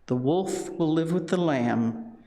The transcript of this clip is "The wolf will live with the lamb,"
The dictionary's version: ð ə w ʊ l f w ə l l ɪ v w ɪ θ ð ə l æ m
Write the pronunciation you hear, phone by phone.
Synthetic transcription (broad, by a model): ð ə w ʊ l f w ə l l ɪ v w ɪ ð ə l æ m